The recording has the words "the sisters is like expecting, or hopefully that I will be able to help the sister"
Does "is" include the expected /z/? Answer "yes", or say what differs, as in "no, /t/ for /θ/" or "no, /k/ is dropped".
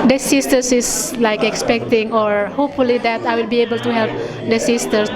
no, /s/ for /z/